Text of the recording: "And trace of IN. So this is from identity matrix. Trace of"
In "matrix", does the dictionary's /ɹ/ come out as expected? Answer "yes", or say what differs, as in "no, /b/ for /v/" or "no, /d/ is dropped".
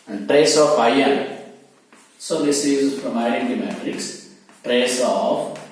yes